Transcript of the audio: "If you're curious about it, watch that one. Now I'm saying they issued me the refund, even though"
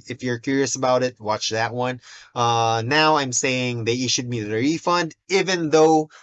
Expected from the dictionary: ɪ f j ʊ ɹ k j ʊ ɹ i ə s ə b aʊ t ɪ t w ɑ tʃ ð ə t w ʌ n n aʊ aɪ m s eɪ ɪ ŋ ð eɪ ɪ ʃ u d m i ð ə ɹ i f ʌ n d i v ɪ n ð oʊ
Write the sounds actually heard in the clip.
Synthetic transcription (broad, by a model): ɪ f j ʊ ɹ k j ʊ ɹ i ə s ə b aʊ t ɪ t w ɑ tʃ ð ə t w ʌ n n aʊ aɪ m s eɪ ɪ ŋ ð eɪ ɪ ʃ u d m i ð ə ɹ i f ʌ n d i v ɪ n ð oʊ